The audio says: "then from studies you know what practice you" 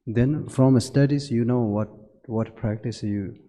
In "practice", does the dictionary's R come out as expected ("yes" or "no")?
yes